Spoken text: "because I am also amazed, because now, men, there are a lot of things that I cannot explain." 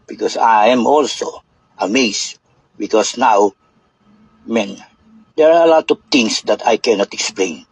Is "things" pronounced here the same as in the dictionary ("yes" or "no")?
no